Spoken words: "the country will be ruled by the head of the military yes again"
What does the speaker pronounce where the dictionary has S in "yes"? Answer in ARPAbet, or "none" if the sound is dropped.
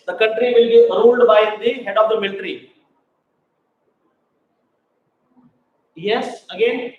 S